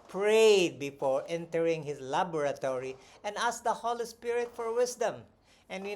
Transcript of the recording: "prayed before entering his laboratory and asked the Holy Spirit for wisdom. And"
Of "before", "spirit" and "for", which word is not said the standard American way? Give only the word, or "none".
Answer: none